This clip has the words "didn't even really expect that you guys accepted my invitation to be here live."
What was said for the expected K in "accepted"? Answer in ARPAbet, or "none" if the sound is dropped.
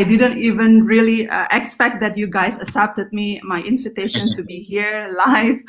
none